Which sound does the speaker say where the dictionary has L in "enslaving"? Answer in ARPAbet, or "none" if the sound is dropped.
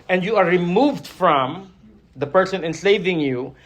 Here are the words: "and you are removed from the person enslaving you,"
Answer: none